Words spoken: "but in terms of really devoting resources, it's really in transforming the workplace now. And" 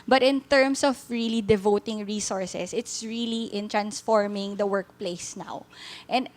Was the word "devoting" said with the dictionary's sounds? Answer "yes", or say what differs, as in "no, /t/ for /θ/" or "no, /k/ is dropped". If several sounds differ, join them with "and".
yes